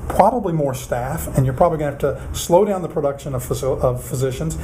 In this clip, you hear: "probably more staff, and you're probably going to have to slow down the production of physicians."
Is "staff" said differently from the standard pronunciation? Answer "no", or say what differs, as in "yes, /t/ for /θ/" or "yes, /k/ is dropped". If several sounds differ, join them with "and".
no